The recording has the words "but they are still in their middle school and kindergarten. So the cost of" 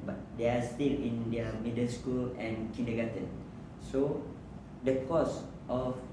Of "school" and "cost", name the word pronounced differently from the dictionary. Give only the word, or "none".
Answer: none